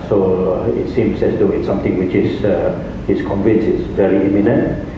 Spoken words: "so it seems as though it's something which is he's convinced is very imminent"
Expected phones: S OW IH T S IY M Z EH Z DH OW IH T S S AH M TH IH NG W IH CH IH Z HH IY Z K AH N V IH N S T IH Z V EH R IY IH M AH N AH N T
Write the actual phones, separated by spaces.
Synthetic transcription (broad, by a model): S OW IH T S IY M S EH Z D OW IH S S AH M T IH NG W IH CH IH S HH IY S K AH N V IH N S IH S V EH R IY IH M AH N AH N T